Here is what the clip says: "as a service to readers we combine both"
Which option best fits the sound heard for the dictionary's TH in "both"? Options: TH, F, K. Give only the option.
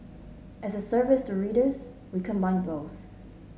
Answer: TH